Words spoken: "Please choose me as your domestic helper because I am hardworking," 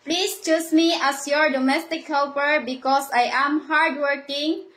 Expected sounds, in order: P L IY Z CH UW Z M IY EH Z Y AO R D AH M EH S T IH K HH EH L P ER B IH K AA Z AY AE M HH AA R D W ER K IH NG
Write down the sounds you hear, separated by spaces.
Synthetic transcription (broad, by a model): P L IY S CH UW S M IY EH S Y AO R D AH M EH S T IH K HH EH L P ER B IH K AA S AY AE M HH AA R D W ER K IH NG